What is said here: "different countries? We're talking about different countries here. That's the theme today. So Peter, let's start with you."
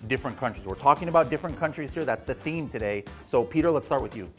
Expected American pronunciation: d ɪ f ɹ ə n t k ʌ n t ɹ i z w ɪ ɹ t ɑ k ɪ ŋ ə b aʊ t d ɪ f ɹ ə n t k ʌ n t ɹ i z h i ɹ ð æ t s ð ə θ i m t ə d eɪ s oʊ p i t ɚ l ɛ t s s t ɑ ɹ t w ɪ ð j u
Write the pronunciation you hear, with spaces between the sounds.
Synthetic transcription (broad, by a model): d ɪ f ɹ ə n k ʌ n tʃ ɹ i z w ɪ ɹ t ɑ k ɪ ŋ ə b aʊ t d ɪ f ɹ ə n k ʌ n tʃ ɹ i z h i ɹ ð æ t s ð ə θ i m t ə d eɪ s oʊ p i t ɚ l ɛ t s s t ɑ ɹ t w ɪ ð j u